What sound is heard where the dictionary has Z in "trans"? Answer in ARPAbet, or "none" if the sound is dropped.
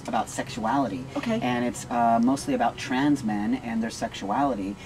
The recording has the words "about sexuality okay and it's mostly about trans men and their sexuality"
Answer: Z